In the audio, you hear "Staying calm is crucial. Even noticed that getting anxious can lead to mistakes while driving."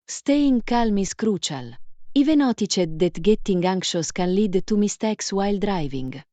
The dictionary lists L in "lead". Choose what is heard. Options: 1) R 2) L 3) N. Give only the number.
2